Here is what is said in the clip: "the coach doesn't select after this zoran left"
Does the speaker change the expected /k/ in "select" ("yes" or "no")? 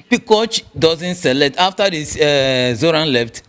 yes